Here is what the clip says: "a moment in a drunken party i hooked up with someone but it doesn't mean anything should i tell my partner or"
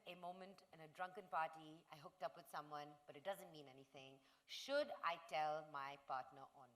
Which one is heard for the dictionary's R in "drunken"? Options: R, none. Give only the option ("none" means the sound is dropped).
R